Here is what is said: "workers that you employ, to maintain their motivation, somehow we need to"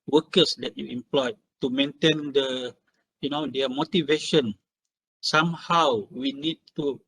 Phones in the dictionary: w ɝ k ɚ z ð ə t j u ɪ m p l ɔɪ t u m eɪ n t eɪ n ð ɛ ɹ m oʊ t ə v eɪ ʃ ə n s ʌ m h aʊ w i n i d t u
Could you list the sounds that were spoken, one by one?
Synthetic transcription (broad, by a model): w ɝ k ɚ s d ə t j u ɪ m p l ɔɪ t u m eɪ n t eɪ n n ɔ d m oʊ t ə v eɪ ʃ ə n s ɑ m h aʊ w i n i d t u